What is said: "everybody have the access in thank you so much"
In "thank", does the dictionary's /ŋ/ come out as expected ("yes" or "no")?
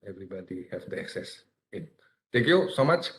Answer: no